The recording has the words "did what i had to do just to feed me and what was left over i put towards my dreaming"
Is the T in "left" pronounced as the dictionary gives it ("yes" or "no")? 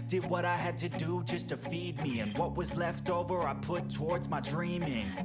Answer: yes